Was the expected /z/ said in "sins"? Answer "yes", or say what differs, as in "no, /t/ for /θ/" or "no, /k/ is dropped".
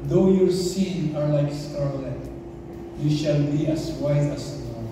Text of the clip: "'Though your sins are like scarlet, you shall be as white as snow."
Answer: no, /z/ is dropped